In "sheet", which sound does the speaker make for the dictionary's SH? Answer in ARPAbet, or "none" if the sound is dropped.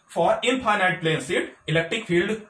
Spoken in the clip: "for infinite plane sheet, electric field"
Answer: S